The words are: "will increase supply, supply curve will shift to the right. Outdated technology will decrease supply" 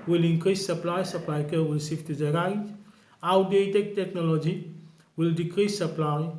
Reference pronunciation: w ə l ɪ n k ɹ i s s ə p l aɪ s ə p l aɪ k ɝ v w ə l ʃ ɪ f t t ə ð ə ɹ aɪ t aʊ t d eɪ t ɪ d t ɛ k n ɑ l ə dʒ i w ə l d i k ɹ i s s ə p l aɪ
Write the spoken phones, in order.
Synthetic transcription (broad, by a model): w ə l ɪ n k ɹ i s s ə p l aɪ s ə p l aɪ k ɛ w ə l s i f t t ə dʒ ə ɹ aɪ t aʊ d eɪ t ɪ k t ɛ k n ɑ l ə dʒ i w ə l d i k ɹ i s s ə p l aɪ